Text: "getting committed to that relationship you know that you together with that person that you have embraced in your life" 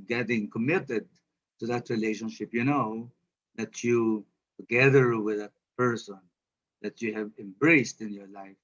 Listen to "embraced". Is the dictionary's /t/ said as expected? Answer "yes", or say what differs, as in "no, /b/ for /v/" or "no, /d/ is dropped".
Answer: yes